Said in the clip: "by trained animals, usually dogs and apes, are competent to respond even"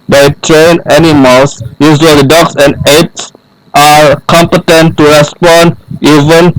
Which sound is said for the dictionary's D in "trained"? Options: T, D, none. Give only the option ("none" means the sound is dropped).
none